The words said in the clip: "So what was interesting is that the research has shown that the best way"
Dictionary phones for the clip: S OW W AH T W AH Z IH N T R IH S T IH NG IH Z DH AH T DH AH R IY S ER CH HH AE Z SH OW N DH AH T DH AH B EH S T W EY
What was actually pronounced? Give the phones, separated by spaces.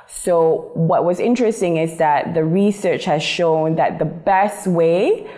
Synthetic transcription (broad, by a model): S OW W AH T W AH Z IH N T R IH S T IH NG IH Z DH AH T DH AH R IY S ER CH HH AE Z SH OW N DH AH T DH AH B EH S T W EY